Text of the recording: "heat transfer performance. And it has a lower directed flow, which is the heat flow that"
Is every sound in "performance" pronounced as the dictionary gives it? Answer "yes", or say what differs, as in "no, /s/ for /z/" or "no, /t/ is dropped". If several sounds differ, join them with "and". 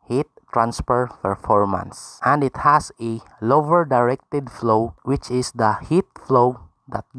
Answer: no, /f/ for /p/